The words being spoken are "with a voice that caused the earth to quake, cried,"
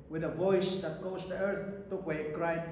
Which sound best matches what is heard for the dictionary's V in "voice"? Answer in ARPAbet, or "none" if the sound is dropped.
V